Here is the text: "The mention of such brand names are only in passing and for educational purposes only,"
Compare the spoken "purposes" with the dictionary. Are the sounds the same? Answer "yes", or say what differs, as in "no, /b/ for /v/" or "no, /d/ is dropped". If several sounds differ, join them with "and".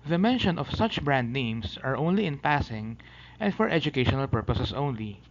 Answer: no, /s/ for /z/